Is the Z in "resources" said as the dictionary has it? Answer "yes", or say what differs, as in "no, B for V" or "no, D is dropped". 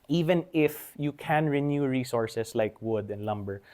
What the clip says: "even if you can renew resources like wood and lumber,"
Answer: no, S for Z